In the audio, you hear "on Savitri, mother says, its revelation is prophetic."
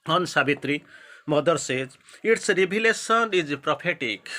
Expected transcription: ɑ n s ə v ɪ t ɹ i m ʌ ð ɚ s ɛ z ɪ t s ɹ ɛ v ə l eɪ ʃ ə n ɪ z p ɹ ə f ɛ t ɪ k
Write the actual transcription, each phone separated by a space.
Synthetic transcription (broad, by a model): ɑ n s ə b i t ɹ i m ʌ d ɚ s ɛ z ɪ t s ɹ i b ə l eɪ s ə n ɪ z p ɹ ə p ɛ t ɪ k